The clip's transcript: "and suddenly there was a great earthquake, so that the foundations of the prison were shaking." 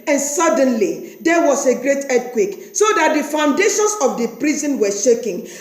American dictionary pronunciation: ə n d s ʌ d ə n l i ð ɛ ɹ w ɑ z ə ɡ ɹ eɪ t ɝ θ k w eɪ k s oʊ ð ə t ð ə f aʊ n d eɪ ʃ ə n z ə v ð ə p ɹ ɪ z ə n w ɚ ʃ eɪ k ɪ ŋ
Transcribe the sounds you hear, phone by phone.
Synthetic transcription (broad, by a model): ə n s ʌ d ə n l i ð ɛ w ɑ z ə ɡ ɹ eɪ t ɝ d k w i k s oʊ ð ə t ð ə f aʊ n d eɪ ʃ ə n s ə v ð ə p ɹ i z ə n w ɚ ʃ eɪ k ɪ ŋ